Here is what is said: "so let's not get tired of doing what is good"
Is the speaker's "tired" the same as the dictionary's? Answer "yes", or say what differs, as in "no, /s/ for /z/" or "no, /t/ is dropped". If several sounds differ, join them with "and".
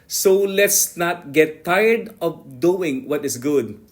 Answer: yes